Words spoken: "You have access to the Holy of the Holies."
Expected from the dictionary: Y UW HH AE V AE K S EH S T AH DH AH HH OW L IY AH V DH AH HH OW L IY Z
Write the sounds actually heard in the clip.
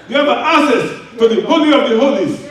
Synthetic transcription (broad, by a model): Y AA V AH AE S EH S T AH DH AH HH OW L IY AH V DH AH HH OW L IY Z